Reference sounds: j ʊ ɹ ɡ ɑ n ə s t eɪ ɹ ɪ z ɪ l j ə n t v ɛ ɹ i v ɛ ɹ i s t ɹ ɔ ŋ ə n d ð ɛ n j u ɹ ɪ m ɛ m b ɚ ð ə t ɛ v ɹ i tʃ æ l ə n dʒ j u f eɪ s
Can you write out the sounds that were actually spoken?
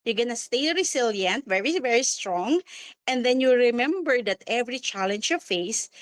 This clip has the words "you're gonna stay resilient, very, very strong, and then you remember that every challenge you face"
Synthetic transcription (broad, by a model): j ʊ ɡ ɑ n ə s t eɪ ɹ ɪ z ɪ l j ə n t v ɛ ɹ i v ɛ ɹ i s t ɹ ɔ ŋ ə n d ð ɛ n j u ɹ ɪ m ɛ m b ɚ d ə t ɛ v ɹ i tʃ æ l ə n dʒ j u f eɪ s